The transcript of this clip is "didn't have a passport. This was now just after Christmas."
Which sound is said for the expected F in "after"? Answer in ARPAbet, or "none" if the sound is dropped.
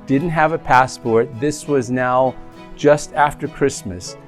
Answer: F